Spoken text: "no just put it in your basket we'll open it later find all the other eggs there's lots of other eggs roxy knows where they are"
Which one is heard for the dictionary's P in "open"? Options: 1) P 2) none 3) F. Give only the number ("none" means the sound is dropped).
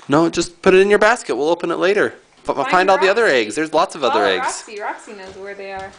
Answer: 1